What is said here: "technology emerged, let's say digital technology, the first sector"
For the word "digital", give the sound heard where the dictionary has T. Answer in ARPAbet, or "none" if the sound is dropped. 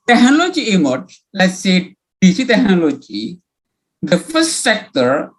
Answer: S